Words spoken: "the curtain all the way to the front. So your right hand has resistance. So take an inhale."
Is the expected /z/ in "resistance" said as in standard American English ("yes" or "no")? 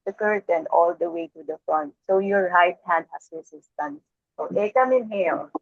no